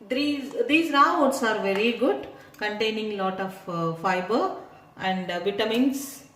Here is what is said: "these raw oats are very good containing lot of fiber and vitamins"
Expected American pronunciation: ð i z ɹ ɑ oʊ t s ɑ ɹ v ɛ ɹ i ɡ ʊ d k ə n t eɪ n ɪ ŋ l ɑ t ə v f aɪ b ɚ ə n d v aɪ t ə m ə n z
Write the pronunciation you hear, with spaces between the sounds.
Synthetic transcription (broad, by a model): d i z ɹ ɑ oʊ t s ɑ ɹ v ɛ ɹ i ɡ ʊ d k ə n t eɪ n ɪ ŋ l ɑ t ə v f aɪ b ɚ ə n d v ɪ t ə m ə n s